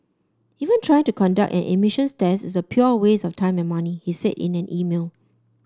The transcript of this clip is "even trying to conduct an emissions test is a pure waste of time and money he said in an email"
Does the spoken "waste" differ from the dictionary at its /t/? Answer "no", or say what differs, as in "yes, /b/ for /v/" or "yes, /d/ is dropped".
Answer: yes, /t/ is dropped